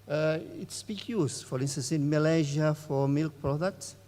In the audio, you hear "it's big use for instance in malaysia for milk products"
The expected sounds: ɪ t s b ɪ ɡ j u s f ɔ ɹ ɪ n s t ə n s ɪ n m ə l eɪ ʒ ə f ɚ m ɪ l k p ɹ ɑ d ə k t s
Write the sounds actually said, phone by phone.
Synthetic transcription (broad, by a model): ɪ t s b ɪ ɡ j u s f ɔ ɹ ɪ n s t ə n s ɪ n m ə l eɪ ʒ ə f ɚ m ɪ l k p ɹ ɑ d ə k t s